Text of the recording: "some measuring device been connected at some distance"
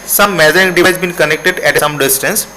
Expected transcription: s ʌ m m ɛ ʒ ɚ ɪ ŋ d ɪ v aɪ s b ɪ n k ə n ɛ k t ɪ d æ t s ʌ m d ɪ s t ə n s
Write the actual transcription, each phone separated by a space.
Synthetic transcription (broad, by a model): s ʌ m m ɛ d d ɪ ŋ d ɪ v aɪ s b ɪ n k ə n ɛ k t ɪ d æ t s ʌ m d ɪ s t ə n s